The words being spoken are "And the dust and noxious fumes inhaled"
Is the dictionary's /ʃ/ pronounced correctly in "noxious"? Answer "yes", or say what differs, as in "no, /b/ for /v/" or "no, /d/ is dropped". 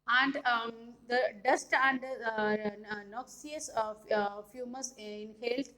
no, /s/ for /ʃ/